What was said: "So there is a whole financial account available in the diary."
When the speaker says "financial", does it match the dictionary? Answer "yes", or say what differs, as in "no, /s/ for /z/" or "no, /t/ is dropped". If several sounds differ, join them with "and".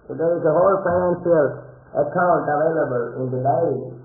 no, /s/ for /ʃ/